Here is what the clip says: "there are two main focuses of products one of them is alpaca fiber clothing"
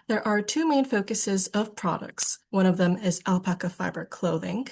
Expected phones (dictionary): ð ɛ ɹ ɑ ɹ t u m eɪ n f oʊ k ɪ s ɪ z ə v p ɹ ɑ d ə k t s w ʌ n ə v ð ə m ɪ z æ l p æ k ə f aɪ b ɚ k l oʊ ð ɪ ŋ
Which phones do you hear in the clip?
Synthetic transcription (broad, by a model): ð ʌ ɹ ɑ ɹ t u m eɪ n f oʊ k ɪ s ɪ z ə v p ɹ ɑ d ə k t s w ʌ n ə v ð ə m ɪ z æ l p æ k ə f aɪ b ɚ k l oʊ ð ɪ ŋ